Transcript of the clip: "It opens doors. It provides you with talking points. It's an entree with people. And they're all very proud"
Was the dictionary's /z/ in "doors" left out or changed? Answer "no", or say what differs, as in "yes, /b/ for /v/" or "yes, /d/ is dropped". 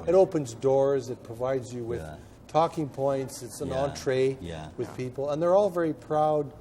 no